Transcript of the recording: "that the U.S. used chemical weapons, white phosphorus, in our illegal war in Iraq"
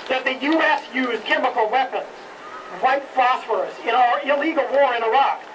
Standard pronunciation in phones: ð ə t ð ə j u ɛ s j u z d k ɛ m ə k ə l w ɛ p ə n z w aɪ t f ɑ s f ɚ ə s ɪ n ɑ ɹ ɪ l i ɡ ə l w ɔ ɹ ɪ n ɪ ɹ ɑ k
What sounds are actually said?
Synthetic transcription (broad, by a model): ð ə t ð ə j u ɛ s j u z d k ɛ m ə k l w ɛ p ə n z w aɪ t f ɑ s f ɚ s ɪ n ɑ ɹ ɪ l i ɡ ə l w ɔ ɹ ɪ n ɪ ɹ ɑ k